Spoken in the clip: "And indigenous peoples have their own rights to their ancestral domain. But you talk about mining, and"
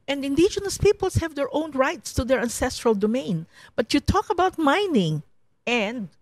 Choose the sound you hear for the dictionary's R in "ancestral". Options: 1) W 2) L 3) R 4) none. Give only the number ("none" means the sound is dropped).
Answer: 3